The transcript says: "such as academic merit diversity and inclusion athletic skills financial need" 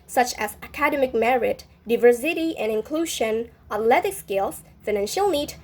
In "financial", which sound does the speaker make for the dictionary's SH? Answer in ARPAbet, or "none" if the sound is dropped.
SH